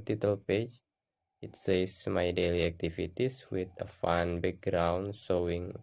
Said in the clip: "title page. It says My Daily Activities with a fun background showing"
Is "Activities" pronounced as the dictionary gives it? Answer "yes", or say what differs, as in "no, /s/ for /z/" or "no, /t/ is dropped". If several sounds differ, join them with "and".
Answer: no, /s/ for /z/